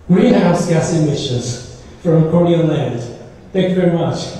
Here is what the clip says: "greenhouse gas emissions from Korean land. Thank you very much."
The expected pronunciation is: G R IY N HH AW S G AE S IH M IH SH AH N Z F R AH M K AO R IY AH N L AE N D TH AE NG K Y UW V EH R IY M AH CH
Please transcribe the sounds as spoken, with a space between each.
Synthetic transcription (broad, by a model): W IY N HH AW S G AE S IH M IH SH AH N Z F R AH M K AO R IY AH L AE N D TH AE NG K Y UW V EH R IY M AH CH